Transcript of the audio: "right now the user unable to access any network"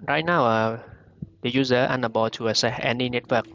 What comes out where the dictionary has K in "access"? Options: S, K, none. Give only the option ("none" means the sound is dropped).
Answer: none